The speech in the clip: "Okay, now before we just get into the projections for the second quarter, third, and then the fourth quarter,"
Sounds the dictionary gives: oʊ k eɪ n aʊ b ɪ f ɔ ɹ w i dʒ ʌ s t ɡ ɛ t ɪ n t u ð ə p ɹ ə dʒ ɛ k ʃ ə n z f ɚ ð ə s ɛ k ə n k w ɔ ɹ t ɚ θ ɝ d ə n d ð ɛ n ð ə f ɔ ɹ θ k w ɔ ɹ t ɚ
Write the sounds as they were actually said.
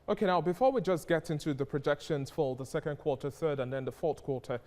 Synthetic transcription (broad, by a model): oʊ k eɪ n aʊ b ɪ f ɔ ɹ w i dʒ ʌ s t ɡ ɛ t ɪ n t u ð ə p ɹ ə dʒ ɛ k ʃ ə n z f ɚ ð ə s ɛ k ə n k w ɔ ɹ t ɚ θ ɝ d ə n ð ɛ n ð ə f ɔ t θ k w ɔ ɹ t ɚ